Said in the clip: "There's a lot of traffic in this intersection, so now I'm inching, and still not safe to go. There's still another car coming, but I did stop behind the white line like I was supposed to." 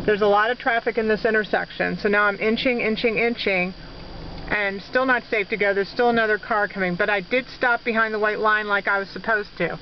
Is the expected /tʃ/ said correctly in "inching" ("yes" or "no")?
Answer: yes